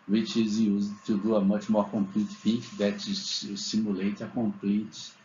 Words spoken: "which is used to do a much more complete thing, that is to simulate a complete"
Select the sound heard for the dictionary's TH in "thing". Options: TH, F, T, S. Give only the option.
F